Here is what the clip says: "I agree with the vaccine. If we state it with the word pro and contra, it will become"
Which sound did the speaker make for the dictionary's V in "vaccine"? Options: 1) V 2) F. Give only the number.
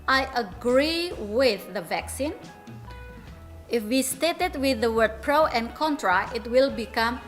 1